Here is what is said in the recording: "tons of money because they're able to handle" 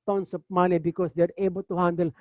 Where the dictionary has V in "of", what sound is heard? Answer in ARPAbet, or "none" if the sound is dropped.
P